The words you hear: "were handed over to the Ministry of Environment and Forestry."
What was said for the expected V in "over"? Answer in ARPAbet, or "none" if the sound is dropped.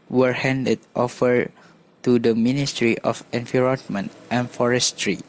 F